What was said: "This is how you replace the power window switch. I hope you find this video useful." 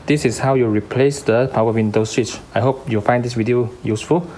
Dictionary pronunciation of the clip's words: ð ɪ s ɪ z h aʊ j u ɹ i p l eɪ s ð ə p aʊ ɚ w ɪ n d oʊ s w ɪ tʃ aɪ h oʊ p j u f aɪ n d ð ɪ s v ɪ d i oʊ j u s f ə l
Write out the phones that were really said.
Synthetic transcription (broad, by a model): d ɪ s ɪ s h aʊ j u ɹ i p l eɪ s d ə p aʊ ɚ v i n d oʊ s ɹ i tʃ aɪ h oʊ p j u f aɪ n d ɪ s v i d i oʊ j u s f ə l